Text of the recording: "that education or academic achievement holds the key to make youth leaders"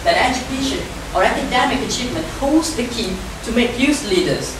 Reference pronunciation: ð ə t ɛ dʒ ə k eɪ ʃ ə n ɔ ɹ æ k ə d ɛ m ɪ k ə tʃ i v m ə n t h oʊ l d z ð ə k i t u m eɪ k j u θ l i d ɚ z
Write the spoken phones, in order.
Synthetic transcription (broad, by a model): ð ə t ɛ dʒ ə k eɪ ʃ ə n ɔ ɹ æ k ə d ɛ m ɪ k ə tʃ i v m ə n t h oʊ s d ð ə k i t u m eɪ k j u s l i d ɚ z